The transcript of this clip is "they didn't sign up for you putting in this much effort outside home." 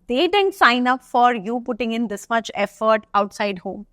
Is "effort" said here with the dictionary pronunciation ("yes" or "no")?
yes